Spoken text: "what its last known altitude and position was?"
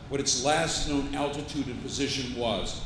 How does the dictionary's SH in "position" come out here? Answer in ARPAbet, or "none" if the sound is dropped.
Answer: SH